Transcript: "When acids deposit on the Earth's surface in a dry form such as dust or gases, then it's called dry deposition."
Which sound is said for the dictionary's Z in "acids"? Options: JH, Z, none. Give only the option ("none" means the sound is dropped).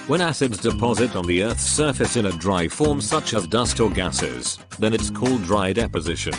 Z